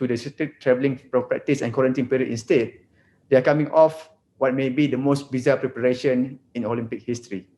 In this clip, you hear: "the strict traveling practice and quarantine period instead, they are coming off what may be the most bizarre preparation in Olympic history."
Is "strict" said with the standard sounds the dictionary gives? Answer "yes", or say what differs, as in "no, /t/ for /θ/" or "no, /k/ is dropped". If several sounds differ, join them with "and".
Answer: no, /ɹ/ is dropped